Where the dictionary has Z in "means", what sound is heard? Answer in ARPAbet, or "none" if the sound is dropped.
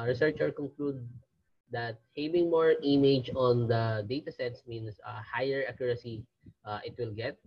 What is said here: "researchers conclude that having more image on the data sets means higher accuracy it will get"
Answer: S